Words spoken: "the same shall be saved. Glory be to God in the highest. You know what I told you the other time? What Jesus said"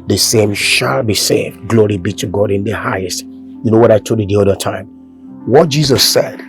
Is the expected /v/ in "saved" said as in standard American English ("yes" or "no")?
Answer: yes